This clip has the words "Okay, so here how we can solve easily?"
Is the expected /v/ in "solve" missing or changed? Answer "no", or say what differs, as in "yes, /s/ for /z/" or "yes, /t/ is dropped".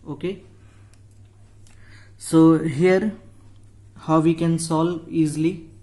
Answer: yes, /v/ is dropped